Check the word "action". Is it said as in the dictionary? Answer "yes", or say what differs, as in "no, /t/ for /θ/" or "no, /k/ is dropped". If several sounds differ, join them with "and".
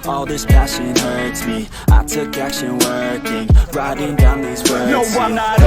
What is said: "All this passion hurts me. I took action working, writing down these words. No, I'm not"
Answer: no, /k/ is dropped